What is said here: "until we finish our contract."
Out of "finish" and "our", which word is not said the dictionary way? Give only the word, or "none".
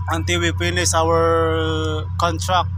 finish